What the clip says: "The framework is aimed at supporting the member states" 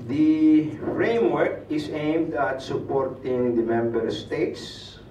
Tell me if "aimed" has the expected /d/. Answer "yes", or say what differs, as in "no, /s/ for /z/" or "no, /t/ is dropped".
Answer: yes